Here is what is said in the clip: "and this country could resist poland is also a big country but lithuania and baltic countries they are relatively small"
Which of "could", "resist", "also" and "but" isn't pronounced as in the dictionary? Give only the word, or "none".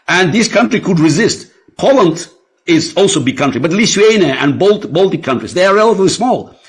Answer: none